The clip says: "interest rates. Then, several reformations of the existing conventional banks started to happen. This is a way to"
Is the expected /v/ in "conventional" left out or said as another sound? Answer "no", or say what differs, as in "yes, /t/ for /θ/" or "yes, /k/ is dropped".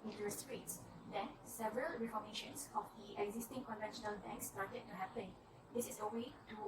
no